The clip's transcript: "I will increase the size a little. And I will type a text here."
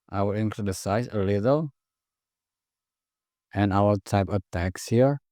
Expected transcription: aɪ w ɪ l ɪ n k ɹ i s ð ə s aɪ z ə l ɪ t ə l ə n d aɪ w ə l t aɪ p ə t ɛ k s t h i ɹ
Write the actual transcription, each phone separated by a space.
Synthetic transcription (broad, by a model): aɪ w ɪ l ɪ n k l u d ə s aɪ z ə l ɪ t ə l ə n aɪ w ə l t aɪ p ə t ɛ k s h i ɹ